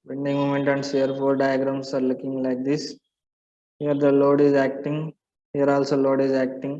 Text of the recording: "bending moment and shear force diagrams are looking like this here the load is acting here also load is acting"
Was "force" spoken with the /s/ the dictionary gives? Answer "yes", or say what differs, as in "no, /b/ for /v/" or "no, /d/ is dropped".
no, /s/ is dropped